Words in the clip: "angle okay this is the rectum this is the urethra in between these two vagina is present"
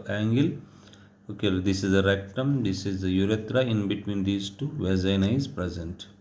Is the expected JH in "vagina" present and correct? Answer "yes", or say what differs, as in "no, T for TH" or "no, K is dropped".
no, Z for JH